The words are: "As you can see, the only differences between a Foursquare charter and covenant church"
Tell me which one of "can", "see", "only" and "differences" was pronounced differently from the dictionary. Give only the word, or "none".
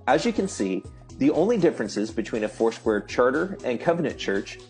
none